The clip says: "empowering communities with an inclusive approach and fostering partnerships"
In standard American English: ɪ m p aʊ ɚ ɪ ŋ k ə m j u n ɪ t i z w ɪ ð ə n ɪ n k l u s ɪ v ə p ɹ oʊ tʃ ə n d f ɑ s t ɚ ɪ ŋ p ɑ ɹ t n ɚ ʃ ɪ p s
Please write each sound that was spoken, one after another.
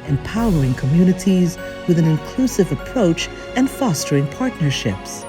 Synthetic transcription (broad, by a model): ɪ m p aʊ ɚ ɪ ŋ k ə m j u n ɪ t i z w ɪ ð ə n ɪ n k l u s ɪ v ə p ɹ oʊ tʃ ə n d f ɑ s t ɚ ɪ ŋ p ɑ ɹ t n ɚ ʃ ɪ p s